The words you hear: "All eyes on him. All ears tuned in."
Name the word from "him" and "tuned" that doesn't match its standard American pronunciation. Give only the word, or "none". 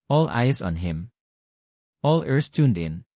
none